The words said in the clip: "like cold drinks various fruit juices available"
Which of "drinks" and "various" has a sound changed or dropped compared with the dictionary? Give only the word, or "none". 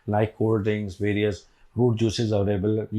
drinks